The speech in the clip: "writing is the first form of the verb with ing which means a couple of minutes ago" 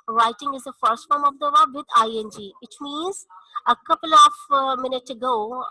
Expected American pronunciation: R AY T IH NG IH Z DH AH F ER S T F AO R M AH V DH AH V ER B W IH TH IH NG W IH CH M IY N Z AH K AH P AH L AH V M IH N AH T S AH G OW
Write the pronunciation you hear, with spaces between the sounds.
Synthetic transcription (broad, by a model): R AY T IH NG IH Z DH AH F ER S T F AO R M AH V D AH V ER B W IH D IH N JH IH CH M IY N Z AH K AH P AH L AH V M IH N AH T S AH G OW